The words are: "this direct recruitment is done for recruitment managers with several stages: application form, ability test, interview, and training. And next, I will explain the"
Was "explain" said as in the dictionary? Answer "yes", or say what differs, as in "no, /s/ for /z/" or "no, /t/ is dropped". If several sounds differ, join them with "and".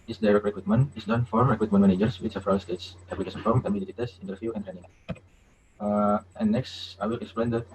yes